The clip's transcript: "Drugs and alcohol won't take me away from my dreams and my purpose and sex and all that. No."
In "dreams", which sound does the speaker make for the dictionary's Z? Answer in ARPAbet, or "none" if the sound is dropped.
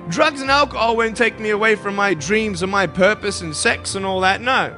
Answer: Z